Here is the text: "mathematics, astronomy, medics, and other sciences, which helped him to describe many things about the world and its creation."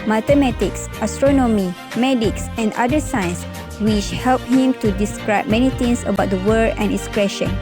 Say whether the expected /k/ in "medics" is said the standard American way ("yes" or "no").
yes